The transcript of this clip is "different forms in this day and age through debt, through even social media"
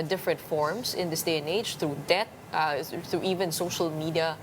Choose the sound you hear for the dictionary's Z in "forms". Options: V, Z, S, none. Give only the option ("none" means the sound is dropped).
S